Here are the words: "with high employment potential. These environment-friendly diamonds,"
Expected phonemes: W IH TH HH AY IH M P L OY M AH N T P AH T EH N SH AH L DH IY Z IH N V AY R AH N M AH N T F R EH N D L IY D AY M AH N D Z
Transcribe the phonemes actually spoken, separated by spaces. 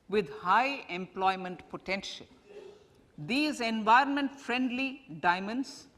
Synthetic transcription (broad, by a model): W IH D HH AY IH M P L OY M AH N T P AH T EH N SH AH L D IY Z IH N V AY R AH N M AH N T F R EH N D L IY D AY M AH N D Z